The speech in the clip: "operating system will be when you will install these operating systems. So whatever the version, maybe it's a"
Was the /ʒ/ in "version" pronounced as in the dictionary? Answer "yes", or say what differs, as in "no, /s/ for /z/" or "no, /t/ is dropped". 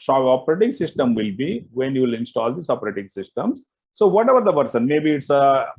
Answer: no, /s/ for /ʒ/